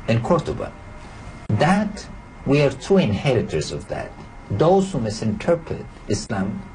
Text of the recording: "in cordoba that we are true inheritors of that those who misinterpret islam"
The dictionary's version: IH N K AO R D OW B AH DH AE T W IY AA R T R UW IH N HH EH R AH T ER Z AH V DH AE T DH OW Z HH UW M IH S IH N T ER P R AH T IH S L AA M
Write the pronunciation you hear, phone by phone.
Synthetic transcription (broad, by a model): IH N K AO R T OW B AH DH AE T W IY AA R T UW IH N HH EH R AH T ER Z AH V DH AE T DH OW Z HH UW M IH S IH N T ER P R AH T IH S L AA M